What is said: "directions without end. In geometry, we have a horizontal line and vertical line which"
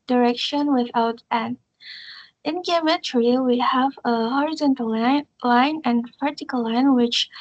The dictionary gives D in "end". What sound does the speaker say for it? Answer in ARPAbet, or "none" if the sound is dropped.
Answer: none